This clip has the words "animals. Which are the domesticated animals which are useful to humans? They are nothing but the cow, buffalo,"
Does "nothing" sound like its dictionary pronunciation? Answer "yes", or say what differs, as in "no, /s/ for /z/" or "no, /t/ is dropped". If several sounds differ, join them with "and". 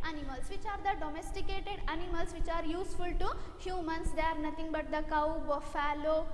no, /t/ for /θ/